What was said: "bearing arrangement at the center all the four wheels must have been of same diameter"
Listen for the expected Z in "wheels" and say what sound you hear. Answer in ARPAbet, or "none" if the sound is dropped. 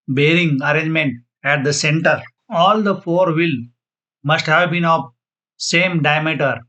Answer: none